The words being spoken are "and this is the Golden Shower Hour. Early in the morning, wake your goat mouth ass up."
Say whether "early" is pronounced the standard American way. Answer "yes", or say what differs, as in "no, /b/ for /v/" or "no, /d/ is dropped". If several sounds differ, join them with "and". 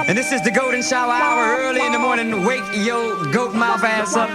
yes